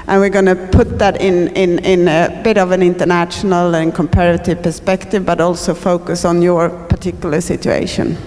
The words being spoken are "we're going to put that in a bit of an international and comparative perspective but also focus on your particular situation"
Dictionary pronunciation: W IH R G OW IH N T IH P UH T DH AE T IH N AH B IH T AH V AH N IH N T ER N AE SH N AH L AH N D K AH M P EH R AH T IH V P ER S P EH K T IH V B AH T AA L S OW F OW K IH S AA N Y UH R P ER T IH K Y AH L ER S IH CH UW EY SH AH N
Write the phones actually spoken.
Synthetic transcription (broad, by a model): W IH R G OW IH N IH P UH T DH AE T IH N AH B IH T AH V AH N IH N T ER N AE SH N AH L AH N K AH M P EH R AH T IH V P ER S P EH K T IH V B AH T AA L S OW F OW K IH S N Y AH R P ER T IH K Y L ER S IH CH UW EY SH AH N